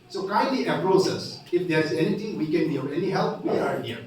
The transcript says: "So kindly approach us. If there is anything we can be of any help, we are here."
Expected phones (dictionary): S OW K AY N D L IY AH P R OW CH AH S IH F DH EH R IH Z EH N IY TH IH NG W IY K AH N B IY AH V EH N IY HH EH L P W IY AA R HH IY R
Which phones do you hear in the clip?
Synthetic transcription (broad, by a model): S OW K AY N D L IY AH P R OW S AH S IH F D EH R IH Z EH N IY T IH NG W IY K AH N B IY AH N EH N IY HH EH L P W IY AA R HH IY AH